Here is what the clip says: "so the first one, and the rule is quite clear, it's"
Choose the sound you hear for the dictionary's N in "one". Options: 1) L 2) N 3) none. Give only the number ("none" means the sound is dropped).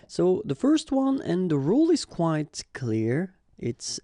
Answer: 2